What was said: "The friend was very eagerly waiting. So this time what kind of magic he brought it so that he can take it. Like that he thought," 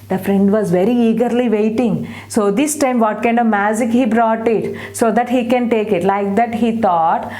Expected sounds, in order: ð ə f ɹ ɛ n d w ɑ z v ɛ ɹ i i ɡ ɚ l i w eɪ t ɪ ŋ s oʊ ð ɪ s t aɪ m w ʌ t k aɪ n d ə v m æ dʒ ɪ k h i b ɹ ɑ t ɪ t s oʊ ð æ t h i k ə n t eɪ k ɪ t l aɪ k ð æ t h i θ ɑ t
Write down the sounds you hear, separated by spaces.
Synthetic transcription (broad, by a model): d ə f ɹ ɛ n d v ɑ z v ɛ ɹ i i ɡ ɚ l i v eɪ t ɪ ŋ s oʊ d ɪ s t aɪ m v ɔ t k aɪ n d ə v m æ dʒ ɪ k h i b ɹ ɑ t ɪ t s oʊ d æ t h i k ə n t eɪ k ɪ t l aɪ k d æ t h i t ɑ t